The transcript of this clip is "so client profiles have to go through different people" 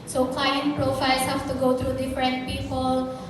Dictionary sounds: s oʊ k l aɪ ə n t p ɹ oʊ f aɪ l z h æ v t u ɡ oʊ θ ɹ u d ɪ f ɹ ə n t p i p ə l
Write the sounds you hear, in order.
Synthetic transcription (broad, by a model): s oʊ k l aɪ ə n t p ɹ oʊ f aɪ l s h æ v t u ɡ oʊ t ɹ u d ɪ f ɹ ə n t p i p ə l